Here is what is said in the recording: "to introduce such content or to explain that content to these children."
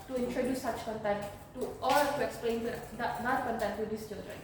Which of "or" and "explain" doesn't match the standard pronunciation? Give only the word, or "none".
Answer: or